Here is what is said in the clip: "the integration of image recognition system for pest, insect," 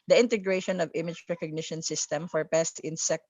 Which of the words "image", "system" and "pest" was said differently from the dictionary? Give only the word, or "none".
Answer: none